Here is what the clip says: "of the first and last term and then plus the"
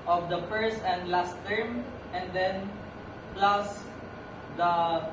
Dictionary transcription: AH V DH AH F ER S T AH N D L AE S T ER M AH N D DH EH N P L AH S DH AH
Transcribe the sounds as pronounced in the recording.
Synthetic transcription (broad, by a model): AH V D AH F ER S T AH N D L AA S T ER M AH N D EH N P L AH S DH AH